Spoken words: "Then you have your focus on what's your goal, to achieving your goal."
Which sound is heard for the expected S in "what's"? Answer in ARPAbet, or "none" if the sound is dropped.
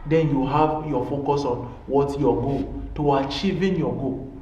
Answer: none